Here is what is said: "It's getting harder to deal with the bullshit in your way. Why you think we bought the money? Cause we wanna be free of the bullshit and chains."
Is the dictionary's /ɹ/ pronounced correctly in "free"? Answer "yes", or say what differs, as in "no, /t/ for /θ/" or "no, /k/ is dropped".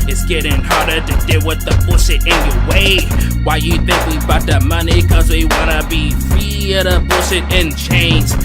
no, /ɹ/ is dropped